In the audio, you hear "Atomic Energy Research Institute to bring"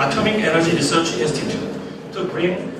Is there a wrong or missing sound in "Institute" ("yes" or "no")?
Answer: yes